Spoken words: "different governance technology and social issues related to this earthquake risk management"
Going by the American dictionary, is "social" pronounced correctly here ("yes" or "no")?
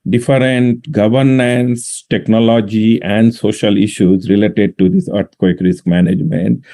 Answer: yes